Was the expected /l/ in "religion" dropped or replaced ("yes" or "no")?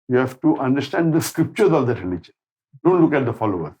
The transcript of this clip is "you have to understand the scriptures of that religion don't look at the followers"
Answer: yes